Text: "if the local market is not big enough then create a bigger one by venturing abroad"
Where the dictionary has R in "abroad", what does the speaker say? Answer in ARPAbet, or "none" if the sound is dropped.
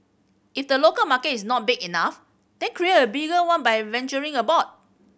none